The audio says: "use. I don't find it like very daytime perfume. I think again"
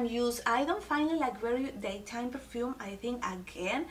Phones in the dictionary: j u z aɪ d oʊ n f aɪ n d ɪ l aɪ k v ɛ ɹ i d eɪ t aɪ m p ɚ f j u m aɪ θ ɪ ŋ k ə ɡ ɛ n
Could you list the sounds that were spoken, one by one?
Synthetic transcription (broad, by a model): j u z aɪ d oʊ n f aɪ n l ɪ l aɪ k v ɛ ɹ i d eɪ t aɪ m p ɚ f j u m aɪ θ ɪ ŋ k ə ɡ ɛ n